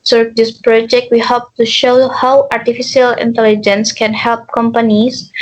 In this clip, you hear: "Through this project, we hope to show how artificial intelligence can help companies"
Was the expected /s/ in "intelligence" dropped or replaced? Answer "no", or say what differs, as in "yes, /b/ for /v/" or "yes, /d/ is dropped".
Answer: no